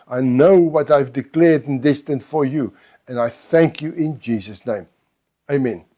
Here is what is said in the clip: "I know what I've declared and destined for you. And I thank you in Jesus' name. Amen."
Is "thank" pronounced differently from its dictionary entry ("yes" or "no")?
no